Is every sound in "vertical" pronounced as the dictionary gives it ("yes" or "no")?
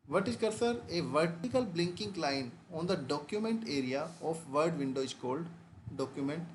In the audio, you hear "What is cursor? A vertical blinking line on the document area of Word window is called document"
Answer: yes